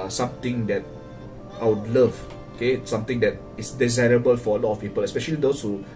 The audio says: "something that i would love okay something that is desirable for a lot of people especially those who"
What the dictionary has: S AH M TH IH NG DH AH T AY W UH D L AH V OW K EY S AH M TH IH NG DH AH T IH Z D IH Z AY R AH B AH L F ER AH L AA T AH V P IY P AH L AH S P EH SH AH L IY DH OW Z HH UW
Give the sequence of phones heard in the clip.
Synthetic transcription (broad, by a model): S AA M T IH NG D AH T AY W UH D L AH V OW K EY S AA M T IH NG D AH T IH S D IH Z AY R AH B AH L F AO AH L AA T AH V P IY P AH L AH S P EH SH AH L IY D OW S HH UW